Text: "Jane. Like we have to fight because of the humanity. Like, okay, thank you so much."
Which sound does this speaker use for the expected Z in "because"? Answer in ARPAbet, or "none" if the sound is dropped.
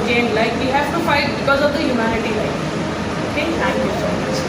Z